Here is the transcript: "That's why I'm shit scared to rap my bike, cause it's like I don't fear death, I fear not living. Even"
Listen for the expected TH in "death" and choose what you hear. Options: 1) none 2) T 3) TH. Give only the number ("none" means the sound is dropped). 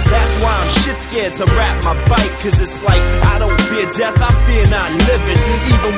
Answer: 3